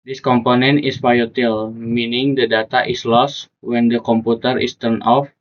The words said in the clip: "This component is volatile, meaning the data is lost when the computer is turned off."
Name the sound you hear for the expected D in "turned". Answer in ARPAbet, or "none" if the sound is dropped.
none